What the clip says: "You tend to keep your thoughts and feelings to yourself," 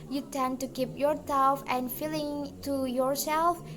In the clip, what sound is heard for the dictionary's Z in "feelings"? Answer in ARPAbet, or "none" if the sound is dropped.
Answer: none